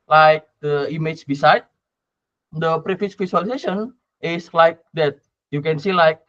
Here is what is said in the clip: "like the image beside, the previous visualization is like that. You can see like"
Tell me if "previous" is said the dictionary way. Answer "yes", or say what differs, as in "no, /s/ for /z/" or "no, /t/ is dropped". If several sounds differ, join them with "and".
no, /f/ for /v/